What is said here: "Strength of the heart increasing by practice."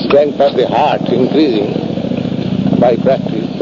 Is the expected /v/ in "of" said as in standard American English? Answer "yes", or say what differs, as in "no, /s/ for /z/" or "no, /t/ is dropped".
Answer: no, /p/ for /v/